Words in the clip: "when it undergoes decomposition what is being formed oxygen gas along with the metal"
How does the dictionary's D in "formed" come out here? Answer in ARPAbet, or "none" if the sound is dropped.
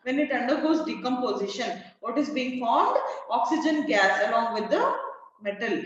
D